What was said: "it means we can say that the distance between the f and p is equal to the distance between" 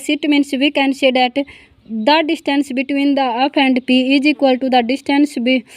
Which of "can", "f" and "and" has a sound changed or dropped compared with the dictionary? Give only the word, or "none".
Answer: f